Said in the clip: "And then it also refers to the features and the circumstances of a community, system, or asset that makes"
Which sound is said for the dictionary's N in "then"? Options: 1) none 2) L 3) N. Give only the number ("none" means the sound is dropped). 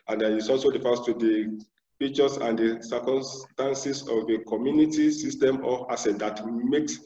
1